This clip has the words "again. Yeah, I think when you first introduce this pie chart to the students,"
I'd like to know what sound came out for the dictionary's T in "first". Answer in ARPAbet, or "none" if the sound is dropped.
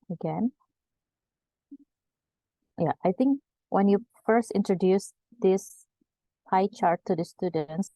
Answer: T